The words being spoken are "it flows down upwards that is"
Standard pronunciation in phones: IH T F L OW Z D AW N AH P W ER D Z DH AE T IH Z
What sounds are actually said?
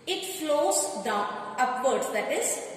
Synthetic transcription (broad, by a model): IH T F L OW Z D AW AH P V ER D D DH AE T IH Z